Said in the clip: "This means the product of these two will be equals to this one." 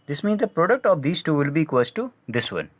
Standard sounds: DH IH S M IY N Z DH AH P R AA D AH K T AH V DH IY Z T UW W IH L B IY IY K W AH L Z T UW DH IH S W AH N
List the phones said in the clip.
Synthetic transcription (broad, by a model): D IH S M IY N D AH P R AA D AH K T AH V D IY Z T UW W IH L B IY IY K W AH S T T UW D IH S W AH N